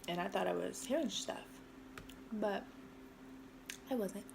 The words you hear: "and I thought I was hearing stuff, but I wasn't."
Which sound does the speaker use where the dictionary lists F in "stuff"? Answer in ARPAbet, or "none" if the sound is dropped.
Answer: F